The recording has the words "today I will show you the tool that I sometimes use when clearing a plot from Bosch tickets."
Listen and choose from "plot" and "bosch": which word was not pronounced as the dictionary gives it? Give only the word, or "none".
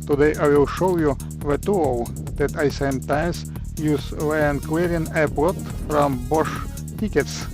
plot